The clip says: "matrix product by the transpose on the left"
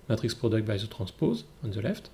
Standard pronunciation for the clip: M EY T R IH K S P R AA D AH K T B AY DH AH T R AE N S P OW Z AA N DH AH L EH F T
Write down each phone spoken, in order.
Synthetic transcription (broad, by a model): M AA T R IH K S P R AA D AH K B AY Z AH T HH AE S P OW Z AA N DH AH L EH F T